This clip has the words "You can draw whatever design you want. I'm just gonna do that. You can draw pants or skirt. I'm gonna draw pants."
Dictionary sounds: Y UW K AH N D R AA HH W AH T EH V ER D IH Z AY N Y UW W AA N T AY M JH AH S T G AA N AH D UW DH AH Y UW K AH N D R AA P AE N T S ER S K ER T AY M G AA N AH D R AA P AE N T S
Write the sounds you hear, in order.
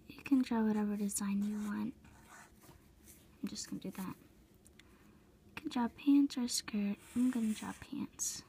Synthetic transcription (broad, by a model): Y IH K AH N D R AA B W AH T EH V ER D IH Z AY N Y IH W AA N T AY M JH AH S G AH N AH D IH DH AH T K AH N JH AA P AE N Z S ER S K ER T AY M G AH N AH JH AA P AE N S